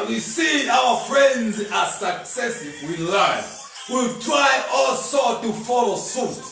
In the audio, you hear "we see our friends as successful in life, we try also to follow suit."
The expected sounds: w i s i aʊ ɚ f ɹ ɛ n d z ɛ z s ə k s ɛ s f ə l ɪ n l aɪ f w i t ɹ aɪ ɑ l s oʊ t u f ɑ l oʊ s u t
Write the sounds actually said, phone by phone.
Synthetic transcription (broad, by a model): w i s i aʊ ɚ f ɹ ɛ n d z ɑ s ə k s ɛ s ə w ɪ l aɪ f w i t ɹ aɪ ɑ l s oʊ t u f ɑ l oʊ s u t